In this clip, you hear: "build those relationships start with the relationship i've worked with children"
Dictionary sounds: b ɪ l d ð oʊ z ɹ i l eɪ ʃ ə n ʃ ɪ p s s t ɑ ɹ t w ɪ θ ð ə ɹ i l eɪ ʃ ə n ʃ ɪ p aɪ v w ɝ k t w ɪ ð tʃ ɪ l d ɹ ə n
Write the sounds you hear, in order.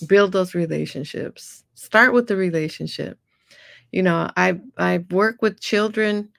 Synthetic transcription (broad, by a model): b ɪ l d ð oʊ z ɹ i l eɪ ʃ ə n ʃ ɪ p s s t ɑ ɹ t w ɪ ð ə ɹ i l eɪ ʃ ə n ʃ ɪ p aɪ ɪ w ɝ k w ɪ ð tʃ ɪ l d ɹ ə n